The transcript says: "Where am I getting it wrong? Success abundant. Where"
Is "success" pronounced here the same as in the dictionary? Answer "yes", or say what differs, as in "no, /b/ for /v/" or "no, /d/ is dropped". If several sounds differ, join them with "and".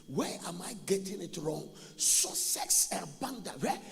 no, /k/ is dropped